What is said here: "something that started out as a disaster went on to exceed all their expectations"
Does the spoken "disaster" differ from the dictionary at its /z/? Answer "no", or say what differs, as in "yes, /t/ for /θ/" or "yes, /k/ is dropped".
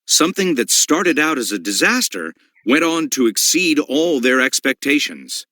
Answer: no